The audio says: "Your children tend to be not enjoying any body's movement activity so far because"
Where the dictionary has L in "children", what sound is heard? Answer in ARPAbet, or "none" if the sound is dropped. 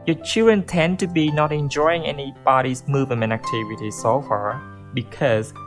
none